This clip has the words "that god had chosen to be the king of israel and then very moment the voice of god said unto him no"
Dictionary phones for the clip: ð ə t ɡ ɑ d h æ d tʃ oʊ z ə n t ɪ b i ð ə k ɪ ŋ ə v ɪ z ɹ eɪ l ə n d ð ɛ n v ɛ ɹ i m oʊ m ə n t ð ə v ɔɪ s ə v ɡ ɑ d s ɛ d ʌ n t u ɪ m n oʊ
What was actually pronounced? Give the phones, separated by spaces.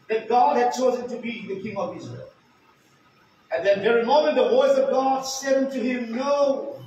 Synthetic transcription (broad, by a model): ð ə t ɡ ɑ d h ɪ d tʃ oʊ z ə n t ɪ b i ð ə k ɪ ŋ ə v ɪ z ɹ eɪ l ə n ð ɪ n v ɛ ɹ i m oʊ m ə n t ð ə v ɔɪ s ə v ɡ ɑ d s ɛ d ʌ n t u ɪ m n oʊ